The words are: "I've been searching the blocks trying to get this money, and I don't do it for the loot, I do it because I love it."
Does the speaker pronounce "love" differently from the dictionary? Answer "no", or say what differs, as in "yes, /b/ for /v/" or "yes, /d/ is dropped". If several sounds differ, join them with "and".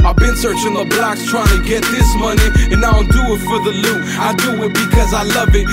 no